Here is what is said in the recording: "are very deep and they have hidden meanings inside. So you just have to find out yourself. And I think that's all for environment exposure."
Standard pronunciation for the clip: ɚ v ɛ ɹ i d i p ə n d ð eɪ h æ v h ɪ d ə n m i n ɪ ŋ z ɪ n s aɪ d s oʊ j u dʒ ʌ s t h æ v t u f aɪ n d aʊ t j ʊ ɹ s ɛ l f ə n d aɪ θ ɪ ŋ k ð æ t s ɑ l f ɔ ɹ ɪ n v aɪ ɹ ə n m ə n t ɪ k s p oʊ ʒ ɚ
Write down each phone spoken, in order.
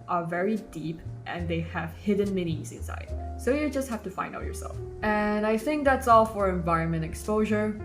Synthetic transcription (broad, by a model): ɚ v ɛ ɹ i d i p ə n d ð eɪ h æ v h ɪ d ə n m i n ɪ z ɪ n s aɪ d s oʊ j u dʒ ʌ s t h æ f t u f aɪ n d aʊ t j ʊ ɹ s ɛ l f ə n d aɪ θ ɪ ŋ k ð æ t s ɑ l f ɔ ɹ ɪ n v aɪ ɹ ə n m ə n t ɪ k s p oʊ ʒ ɚ